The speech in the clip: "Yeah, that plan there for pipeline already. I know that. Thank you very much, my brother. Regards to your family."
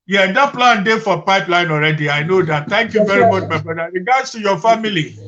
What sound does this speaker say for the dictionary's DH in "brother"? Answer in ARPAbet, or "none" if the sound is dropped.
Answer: none